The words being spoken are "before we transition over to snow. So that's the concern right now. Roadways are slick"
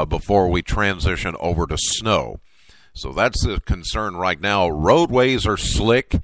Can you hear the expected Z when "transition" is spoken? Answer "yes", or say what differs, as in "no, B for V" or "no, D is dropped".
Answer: yes